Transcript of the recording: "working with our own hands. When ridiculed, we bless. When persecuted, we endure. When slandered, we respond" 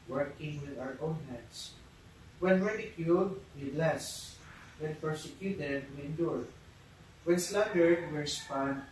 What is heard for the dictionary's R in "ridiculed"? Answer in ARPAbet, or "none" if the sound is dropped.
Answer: W